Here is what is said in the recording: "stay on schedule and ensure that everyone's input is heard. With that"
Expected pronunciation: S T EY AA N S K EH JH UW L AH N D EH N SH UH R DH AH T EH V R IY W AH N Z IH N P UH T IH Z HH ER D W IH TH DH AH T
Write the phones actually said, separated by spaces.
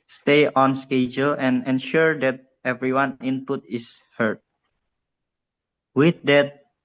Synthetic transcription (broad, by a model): S T EY AA N S K EH JH UW L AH N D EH N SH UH R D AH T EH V R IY W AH N IH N P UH T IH S HH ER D W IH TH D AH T